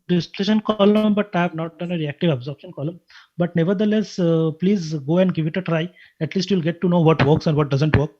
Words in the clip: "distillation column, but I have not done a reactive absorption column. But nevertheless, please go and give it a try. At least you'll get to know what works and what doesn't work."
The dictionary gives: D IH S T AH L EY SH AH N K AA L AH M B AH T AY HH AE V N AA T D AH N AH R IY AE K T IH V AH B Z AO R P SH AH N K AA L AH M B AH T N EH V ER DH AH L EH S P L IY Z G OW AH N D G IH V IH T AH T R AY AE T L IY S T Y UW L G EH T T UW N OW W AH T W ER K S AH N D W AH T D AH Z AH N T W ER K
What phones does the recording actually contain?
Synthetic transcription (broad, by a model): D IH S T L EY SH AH N K AA L AH M B AH T AY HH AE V N AA T D AH N AH R IY AE K T IH V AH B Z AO R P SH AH N K AA L AH M B AH T N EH V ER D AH L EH S P L IY Z G OW AH N D G IH V IH T AH T R AY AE T L IY S T Y UW L G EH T T UW N OW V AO T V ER K S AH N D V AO T D AH Z AH N T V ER K